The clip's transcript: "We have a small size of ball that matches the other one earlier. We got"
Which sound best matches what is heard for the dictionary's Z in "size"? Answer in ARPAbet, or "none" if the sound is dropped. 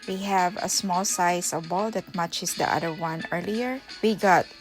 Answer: S